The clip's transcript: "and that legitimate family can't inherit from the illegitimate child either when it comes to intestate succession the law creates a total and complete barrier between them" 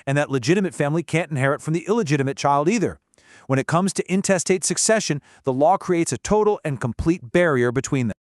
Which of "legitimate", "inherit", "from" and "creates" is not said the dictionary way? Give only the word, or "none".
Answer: none